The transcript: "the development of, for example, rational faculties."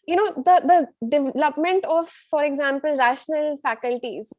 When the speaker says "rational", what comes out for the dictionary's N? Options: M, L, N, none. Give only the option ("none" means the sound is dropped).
N